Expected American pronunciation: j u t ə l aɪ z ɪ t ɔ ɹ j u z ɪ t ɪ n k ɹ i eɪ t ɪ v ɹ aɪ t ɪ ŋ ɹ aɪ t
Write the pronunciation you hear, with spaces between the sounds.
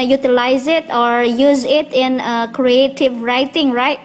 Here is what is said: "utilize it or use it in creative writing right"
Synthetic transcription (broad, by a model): j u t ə l aɪ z ɪ t ɔ ɹ j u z ɪ t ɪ n k ɹ i eɪ t ɪ v ɹ aɪ t ɪ ŋ ɹ aɪ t